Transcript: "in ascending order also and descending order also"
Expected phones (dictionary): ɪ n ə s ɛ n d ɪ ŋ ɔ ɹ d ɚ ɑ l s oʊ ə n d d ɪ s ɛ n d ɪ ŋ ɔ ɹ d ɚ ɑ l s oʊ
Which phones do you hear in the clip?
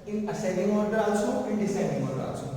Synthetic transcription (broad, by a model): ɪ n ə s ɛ d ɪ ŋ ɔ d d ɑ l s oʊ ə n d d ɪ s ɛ d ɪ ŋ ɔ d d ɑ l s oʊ